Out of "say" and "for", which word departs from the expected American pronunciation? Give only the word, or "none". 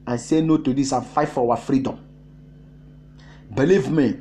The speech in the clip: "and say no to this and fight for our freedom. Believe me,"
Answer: for